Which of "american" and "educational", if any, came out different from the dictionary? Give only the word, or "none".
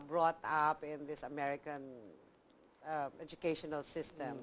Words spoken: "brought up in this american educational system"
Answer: none